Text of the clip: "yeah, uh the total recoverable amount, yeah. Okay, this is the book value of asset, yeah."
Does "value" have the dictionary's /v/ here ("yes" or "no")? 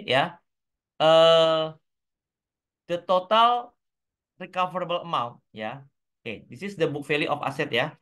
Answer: no